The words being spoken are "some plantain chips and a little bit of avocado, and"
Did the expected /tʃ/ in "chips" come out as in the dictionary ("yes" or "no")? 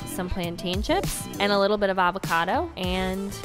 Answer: no